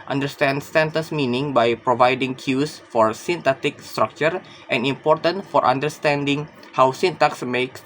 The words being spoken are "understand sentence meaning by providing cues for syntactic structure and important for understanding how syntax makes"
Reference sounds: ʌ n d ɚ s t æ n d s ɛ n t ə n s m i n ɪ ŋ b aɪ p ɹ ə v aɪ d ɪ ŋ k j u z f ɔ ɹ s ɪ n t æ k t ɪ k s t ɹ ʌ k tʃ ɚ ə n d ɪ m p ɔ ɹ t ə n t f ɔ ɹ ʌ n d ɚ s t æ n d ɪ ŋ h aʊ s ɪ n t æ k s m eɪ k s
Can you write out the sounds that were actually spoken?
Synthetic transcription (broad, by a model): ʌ n d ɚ s t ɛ n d s ɛ n t ə n s m i n ɪ ŋ b aɪ p ɹ ə v aɪ d ɪ ŋ k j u s f ɔ ɹ s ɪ n t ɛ t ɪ k s t ɹ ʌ k tʃ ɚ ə n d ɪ m p ɔ ɹ t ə n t f ɔ ɹ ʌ n d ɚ s t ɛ n d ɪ ŋ h aʊ s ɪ n t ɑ k s m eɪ k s